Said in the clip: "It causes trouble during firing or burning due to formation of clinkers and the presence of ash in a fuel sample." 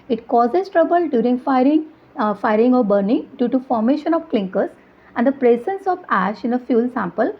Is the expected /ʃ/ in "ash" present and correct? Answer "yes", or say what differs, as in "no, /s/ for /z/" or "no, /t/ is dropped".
yes